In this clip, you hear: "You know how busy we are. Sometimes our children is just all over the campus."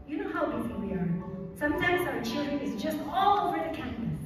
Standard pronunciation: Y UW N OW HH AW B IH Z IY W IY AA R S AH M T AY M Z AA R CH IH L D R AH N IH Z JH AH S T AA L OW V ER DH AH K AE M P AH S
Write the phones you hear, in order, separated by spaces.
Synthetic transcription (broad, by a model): Y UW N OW HH AW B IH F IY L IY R S AH M T AY M Z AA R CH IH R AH IH Z JH AH S T AA L OW V ER DH AH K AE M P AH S